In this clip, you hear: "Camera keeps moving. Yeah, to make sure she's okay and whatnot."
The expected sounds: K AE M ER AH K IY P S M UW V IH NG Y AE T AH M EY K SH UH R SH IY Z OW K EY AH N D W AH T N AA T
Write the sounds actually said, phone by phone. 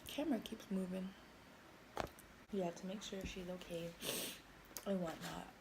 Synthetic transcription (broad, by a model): K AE M ER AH K IY P S M UW V IH NG Y AE T AH M EY K SH UH R SH IY Z OW K EY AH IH W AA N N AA T